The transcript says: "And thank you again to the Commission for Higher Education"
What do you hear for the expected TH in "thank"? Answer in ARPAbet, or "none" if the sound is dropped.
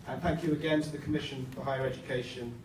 TH